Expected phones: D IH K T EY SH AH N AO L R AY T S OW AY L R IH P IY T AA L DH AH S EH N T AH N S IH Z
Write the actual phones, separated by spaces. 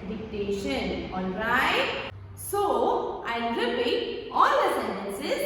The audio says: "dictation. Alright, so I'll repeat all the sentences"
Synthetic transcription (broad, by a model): D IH K T EY SH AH N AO N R AY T S OW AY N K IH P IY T AA L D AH S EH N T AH N S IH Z